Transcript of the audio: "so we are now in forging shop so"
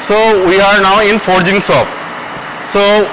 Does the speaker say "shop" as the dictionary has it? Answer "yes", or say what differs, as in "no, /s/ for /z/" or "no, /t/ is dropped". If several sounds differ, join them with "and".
no, /s/ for /ʃ/